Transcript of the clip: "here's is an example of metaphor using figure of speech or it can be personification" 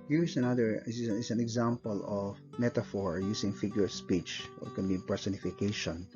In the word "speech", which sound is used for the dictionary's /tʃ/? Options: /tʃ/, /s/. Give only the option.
/tʃ/